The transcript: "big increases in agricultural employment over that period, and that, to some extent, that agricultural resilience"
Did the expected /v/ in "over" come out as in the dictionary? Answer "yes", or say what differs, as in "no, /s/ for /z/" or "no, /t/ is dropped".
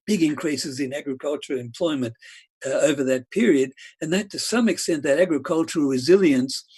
yes